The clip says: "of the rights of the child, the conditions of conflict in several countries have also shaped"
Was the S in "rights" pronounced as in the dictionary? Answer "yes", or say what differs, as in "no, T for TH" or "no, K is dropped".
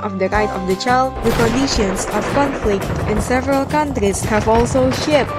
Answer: no, S is dropped